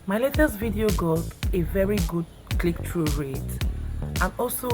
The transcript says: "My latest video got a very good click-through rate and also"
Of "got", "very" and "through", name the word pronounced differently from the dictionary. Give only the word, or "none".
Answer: through